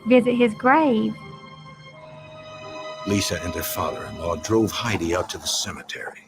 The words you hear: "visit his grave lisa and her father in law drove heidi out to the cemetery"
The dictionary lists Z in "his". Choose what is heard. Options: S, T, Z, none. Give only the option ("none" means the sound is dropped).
Z